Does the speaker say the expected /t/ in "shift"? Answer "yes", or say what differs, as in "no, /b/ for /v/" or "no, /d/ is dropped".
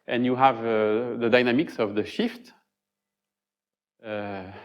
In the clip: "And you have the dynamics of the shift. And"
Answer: yes